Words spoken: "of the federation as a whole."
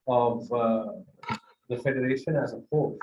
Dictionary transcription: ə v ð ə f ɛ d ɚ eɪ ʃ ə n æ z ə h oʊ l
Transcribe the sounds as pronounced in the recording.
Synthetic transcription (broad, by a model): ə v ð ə f ɛ d ɚ eɪ ʃ ə n æ z ə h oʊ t